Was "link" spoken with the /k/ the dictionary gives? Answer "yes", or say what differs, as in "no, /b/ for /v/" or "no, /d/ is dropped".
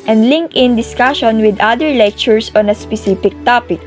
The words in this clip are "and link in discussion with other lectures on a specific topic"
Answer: yes